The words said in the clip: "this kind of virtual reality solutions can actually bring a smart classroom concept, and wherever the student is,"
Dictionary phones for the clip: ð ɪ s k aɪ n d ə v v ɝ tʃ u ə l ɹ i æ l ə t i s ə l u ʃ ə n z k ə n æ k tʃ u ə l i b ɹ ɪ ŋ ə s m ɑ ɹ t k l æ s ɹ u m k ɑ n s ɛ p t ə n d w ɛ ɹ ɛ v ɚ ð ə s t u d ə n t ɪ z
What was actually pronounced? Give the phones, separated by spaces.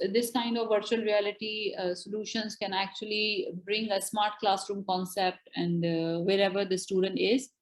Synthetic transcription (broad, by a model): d ɪ s k aɪ n d ə v v ɝ tʃ u ə l ɹ i æ l ə t i s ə l u ʃ ə n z k ə n æ k tʃ u ə l i b ɹ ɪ ŋ ə s m ɑ ɹ t k l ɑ s ɹ u m k ɑ n s ɛ p t ə n d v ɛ ɹ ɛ v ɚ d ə s t u d ə n t ɪ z